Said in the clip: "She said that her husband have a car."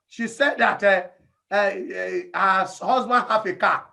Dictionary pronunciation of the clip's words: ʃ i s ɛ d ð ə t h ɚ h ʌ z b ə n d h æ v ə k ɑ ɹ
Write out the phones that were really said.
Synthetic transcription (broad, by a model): ʃ i s ɛ d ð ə t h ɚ h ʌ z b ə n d h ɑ f ə k ɑ